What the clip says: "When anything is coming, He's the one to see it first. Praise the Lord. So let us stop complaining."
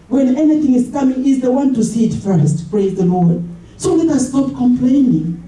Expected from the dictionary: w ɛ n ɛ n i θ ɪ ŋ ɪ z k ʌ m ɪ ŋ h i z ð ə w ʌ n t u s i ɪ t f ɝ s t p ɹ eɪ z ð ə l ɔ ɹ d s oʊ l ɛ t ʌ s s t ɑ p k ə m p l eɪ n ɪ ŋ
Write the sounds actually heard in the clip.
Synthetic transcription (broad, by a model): w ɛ n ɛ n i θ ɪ ŋ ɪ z k ʌ m ɪ ŋ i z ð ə w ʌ n t u s i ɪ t f ɝ s t p ɹ eɪ z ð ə l ɔ ɹ d s oʊ l ɛ t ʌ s s t ɑ p k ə m p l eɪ n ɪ ŋ